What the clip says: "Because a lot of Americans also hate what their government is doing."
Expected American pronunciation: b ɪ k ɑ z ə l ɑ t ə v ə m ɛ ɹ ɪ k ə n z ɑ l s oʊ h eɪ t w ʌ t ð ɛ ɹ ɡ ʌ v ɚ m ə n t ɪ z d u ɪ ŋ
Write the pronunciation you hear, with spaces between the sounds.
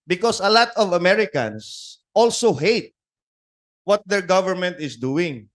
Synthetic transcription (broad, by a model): b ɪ k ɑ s ə l ɑ t ə v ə m ɛ ɹ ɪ k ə n s ɑ l s oʊ h eɪ t w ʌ t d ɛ ɹ ɡ ʌ v ɚ m ə n t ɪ s d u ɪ ŋ